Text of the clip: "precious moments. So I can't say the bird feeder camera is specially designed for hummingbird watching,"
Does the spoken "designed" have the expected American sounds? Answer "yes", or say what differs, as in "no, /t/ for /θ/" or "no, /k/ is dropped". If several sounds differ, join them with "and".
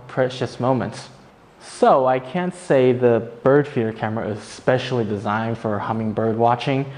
yes